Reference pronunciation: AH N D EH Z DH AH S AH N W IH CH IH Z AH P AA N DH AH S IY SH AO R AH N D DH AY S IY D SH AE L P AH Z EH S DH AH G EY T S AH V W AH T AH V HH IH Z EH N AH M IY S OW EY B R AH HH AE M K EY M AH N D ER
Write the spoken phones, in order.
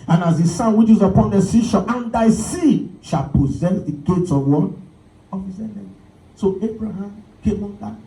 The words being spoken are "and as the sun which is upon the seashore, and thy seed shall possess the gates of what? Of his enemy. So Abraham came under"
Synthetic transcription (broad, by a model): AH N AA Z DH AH S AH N W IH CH IH Z AH P AA N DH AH S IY SH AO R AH N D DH AY S IY SH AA L P AH Z EH S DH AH G EY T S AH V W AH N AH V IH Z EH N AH S OW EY B R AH HH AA M K EY M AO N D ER